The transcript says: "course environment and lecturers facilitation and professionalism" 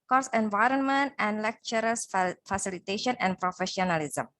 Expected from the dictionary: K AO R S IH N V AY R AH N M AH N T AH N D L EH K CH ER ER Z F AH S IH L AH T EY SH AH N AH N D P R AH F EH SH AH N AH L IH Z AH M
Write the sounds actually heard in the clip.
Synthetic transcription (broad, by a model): K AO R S IH N V AY R AH N M AH N T AH N D L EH K CH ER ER S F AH S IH L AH T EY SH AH N AH N D P R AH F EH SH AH N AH L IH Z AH M